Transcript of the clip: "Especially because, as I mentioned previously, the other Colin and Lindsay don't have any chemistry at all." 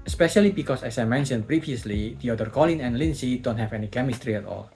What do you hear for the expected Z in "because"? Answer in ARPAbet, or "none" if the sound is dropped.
S